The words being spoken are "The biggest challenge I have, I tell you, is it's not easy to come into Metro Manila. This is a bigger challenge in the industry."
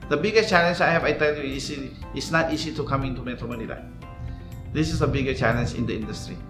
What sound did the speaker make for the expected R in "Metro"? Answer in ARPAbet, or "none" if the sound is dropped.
none